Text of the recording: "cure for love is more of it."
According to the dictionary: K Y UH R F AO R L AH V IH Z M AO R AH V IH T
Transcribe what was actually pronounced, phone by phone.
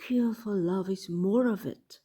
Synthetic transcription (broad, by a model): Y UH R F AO L L AH V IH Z M AO R AH V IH T